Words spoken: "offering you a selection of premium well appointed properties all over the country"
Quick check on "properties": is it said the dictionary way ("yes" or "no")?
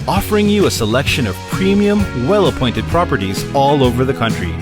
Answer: yes